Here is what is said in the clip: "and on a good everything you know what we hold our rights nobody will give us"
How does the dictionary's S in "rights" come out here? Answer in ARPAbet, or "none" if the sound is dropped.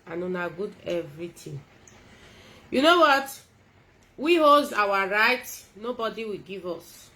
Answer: none